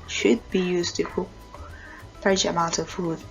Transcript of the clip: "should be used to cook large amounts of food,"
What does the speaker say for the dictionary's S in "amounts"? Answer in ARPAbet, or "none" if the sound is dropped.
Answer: none